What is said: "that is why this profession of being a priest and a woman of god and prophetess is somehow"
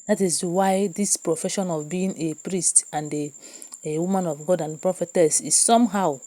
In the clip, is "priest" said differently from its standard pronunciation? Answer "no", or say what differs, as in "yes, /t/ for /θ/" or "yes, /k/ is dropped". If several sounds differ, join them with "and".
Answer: no